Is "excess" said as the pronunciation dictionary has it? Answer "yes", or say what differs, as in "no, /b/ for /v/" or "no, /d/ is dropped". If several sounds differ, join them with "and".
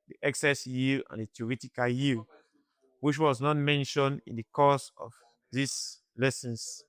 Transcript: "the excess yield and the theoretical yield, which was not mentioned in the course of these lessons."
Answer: yes